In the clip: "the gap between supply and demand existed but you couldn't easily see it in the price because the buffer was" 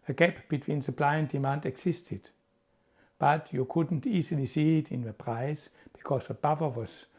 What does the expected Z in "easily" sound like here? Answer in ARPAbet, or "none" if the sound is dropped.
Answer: S